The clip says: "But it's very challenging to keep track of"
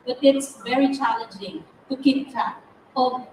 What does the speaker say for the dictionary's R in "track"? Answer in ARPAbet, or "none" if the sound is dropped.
none